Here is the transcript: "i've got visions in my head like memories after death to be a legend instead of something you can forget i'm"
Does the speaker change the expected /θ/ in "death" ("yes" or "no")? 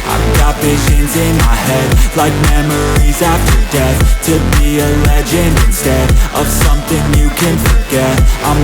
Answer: no